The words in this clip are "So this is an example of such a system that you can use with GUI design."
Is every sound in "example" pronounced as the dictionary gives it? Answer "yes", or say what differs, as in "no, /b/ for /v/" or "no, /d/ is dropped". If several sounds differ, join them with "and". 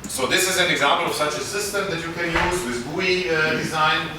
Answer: yes